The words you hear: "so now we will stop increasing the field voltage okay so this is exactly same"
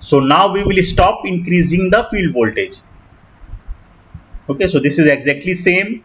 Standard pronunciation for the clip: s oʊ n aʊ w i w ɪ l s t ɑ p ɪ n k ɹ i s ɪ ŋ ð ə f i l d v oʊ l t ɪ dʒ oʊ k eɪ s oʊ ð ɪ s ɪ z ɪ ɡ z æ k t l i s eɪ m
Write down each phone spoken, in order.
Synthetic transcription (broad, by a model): s oʊ n aʊ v i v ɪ l s t ɑ p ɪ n k ɹ i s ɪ ŋ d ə f i l d v oʊ l t ɪ dʒ oʊ k eɪ s oʊ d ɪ s ɪ z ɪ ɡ z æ k t l i s eɪ m